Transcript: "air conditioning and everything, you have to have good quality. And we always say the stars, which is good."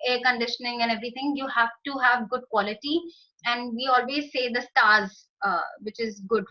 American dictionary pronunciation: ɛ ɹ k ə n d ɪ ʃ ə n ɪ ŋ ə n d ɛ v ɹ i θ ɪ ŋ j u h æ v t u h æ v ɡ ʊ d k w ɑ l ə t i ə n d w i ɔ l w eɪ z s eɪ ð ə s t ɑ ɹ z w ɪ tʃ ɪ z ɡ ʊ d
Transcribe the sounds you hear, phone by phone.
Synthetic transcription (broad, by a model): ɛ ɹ k ə n d ɪ ʃ ə n ɪ ŋ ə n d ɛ v ɹ i t ɪ ŋ j u h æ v t u h æ v ɡ ʊ d k w ɑ l ə t i ə n d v i ɔ l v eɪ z s eɪ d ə s t ɑ ɹ z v ɪ tʃ ɪ z ɡ ʊ d